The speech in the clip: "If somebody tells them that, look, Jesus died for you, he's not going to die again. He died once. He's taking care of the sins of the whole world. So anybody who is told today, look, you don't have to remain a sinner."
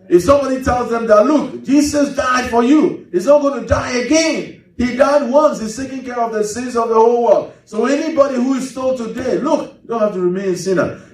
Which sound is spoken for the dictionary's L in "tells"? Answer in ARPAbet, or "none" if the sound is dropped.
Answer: L